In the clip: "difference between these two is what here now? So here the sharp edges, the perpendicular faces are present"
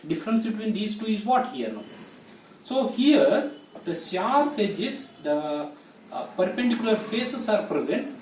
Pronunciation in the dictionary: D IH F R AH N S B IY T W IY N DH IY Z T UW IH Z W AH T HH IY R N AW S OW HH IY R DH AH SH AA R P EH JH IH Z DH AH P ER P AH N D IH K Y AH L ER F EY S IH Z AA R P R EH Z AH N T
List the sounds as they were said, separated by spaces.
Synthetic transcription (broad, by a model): D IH F R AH N S B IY T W IY N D IY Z T UW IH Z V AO T HH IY R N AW S OW HH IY R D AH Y AA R F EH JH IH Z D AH P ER P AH N D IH K Y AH L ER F EY S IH S AA R P R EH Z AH N T